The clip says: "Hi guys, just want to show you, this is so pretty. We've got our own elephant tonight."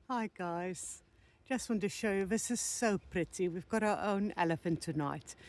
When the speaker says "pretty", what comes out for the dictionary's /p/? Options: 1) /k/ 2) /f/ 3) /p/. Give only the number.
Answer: 3